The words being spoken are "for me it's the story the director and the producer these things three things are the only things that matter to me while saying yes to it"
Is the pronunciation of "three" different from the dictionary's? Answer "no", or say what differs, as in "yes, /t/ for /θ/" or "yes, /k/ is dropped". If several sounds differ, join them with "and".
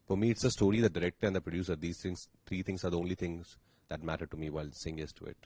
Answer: yes, /t/ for /θ/